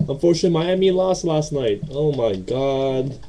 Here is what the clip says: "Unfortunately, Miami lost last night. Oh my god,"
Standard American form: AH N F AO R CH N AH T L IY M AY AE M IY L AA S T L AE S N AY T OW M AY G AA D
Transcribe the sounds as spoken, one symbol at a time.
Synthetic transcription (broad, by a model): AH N F AO R CH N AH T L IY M AY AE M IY L AA S T L AE S N AY T OW M AY G AA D